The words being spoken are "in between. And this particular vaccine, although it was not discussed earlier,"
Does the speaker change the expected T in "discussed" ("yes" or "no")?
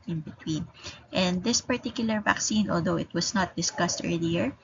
no